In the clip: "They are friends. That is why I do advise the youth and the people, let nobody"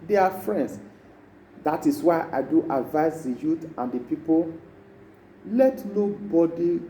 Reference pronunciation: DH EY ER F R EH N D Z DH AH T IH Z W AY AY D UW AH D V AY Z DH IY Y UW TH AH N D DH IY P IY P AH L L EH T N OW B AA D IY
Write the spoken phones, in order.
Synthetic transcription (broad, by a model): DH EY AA F R EH N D S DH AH T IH S W AY AY D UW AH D V AY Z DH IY Y UW T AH N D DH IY P IY P AH L L EH T N OW B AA D IY